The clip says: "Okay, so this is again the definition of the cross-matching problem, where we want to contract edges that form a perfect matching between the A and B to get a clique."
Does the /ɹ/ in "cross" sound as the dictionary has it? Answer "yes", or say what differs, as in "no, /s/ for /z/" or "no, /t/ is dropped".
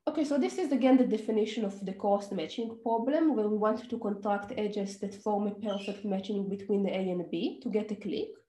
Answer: no, /ɹ/ is dropped